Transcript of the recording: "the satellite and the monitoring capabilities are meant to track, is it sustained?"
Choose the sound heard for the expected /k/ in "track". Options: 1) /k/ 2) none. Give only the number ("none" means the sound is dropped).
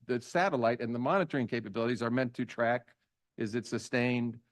1